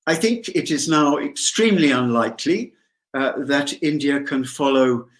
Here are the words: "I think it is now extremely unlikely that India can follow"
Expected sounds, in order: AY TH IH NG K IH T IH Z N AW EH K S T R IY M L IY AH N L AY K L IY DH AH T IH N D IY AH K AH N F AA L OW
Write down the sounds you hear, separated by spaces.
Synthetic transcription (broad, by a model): AY TH IH NG K IH T IH Z N AW EH K S T R IY M L IY AH N L AY K L IY DH AH T IH N D IY AH K AH N F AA L OW